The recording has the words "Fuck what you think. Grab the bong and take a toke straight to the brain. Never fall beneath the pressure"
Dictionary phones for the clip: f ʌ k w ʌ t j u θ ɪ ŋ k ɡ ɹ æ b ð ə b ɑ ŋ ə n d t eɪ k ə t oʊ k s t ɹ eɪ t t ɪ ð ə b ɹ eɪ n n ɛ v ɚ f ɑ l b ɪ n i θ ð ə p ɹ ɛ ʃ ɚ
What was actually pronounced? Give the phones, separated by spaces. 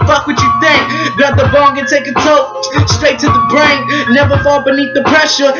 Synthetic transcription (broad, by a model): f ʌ k w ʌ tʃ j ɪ θ ɪ ŋ k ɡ ɑ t ð ə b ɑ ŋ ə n t eɪ k ə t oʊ s t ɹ eɪ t t ɪ ð ə b ɹ eɪ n n ɛ v ɚ f ɑ l b ɪ n i θ ð ə p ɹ ɛ ʃ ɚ